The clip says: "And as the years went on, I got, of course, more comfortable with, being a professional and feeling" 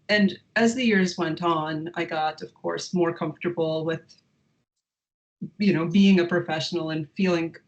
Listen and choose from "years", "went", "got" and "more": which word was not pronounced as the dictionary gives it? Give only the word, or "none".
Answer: none